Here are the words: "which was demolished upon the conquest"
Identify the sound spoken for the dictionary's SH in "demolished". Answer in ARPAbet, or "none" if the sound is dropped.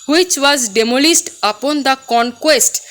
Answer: S